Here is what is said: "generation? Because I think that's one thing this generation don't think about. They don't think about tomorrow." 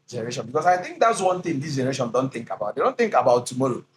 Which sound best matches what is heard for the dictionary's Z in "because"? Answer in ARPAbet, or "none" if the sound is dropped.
S